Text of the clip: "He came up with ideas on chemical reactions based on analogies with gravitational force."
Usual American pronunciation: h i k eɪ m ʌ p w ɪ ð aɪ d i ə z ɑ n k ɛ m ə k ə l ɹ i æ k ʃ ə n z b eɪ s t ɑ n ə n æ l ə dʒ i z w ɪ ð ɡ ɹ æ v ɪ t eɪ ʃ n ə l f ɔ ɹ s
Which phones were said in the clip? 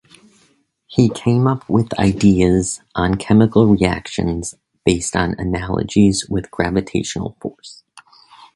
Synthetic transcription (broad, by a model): h i k eɪ m ʌ p w ɪ ð aɪ d i ə z n k ɛ m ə k l ɹ i æ k ʃ ə n z b eɪ s t n ə n æ l ə dʒ i z w ɪ ð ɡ ɹ æ v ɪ t eɪ ʃ n l f ɔ ɹ s